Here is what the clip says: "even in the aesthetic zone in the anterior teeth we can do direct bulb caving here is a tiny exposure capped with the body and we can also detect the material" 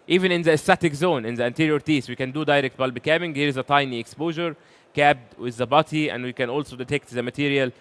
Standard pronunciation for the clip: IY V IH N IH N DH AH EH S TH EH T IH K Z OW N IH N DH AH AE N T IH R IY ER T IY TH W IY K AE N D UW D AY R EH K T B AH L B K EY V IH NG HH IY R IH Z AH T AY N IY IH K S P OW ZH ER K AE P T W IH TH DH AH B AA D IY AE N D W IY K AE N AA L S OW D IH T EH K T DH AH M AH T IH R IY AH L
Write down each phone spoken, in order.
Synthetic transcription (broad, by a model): IY V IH N IH N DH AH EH S T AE T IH K Z OW N IH N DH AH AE N T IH R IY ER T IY S W IY K AE N D UW D AY R EH K T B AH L B K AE B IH NG HH IY R IH Z AH T AY N IY IH K S P OW ZH ER K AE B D W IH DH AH B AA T IY AE N D W IY K AE N AA L S OW D IH T EH K T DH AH M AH T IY R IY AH L